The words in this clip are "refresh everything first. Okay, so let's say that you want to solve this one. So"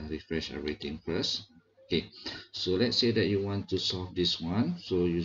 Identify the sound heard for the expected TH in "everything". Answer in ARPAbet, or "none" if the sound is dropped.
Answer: T